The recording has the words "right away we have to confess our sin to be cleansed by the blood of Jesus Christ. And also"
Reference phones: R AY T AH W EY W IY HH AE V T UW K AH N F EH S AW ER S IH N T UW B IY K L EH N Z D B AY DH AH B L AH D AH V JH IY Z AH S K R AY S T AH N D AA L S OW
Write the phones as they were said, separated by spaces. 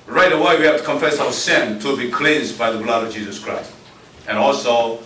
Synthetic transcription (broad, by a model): R AY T AH W EY W IY HH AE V T UW K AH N F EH S AW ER S IH N T UW B IY K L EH N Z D B AY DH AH B L AH D AH V JH IY Z AH S K R AY S T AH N AA L S OW